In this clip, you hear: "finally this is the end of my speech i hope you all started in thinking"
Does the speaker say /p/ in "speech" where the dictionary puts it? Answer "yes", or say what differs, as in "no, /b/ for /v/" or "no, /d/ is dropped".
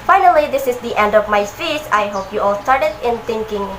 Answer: no, /p/ is dropped